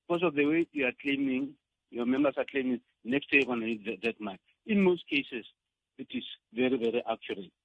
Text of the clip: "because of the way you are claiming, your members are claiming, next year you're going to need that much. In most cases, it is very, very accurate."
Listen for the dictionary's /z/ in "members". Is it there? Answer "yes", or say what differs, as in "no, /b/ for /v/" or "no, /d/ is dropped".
no, /s/ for /z/